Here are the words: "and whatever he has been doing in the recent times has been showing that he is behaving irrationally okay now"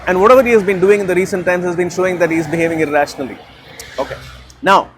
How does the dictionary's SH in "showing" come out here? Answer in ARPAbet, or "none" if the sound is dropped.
SH